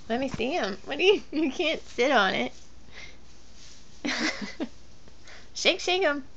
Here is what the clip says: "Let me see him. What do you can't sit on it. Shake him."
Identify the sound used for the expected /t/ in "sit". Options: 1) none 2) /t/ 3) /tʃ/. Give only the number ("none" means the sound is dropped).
2